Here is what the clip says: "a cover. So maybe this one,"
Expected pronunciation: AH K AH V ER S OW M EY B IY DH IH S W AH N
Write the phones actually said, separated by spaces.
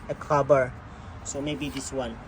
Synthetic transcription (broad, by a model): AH K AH B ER S OW M EY B IY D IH S W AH N